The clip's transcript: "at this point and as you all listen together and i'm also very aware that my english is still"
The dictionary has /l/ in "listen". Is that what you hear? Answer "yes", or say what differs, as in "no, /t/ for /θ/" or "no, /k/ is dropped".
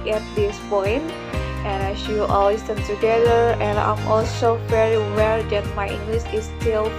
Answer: no, /w/ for /l/